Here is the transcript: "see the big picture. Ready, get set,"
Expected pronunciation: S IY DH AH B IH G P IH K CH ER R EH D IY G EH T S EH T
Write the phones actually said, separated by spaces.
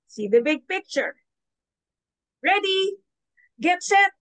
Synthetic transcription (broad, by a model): S IY DH AH B IH G P IH K CH ER R EH D IY G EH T S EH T